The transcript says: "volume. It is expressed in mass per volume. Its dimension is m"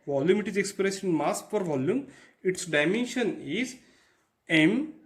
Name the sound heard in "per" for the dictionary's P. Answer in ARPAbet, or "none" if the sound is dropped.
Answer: F